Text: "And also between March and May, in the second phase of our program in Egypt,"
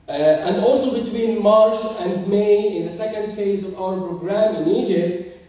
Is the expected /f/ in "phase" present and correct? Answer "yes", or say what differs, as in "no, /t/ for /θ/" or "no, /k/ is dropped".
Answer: yes